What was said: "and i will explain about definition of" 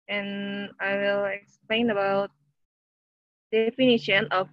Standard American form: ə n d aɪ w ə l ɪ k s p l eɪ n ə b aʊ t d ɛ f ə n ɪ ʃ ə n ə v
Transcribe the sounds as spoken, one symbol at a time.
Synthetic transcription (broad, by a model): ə n aɪ w ə l ɪ k s p l eɪ n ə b aʊ t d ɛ f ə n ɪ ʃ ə n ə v